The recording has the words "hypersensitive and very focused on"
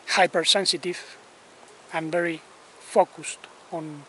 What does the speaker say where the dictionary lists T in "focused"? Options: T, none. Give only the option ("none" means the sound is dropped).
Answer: T